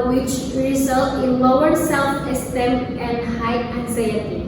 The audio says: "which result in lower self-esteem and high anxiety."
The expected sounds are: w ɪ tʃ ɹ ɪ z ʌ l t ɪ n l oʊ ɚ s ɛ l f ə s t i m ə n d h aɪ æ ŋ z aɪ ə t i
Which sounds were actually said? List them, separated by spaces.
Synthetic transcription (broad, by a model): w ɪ tʃ ɹ ɪ z ʌ l t ɪ n l oʊ ɚ s ɛ l f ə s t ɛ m ə n d h aɪ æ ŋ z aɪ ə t i